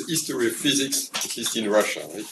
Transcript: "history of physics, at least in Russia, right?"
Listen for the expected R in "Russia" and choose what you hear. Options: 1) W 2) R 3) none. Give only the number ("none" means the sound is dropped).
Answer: 2